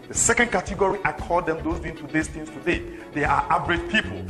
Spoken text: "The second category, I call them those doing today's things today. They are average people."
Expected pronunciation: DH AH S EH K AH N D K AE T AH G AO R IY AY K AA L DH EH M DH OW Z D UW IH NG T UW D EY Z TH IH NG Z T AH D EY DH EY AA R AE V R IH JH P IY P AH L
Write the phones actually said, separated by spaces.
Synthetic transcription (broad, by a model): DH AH S EH K AH N D K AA T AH G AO R IY AY K AA L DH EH M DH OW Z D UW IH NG T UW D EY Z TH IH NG S T AH D EY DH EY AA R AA B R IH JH P IY P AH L